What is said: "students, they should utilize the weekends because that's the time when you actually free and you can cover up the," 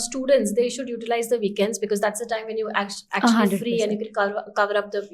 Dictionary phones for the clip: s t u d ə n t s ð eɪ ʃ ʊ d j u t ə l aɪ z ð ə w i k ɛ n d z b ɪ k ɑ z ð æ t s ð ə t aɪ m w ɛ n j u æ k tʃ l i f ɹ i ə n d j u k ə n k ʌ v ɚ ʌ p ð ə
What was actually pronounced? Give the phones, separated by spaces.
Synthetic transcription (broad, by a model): s t u d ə n t s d eɪ ʃ ʊ d j u t ə l aɪ z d ə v i k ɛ n d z b ɪ k ɑ z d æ t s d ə t aɪ m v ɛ n j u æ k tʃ f ɹ i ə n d j u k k k ʌ v ɚ ʌ p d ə